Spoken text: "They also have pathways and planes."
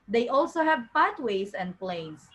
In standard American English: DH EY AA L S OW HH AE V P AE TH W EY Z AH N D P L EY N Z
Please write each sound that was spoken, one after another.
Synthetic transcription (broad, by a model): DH EY AA L S OW HH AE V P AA T W EY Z AH N D P L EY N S